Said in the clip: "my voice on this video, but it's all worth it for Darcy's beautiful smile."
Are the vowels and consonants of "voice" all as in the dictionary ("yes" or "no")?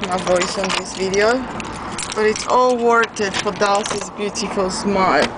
yes